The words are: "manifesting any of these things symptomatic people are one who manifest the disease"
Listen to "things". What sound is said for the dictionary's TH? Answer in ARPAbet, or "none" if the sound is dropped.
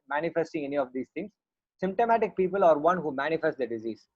T